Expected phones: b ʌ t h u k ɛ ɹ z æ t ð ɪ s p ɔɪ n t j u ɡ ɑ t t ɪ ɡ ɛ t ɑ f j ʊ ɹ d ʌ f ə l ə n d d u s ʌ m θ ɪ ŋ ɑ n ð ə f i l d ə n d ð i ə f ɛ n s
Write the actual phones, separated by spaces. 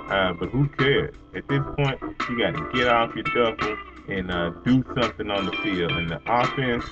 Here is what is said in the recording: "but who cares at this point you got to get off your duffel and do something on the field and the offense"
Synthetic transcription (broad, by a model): b ʌ t h u k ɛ ɹ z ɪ t ð ɪ s p ɔɪ n t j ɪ ɡ ɑ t t ɪ ɡ ɛ t ɑ f j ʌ ɹ d ʌ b l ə n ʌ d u s ʌ m θ ɪ ŋ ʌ n ð ə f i l ə n ð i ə f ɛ n s